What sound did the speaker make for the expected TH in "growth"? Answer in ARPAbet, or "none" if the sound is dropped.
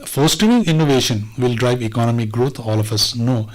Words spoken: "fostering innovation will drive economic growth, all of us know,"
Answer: T